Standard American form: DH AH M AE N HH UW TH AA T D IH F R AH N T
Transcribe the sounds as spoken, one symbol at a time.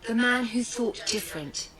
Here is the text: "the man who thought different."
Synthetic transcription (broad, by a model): DH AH M AE N HH UW TH AA T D IH F R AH N T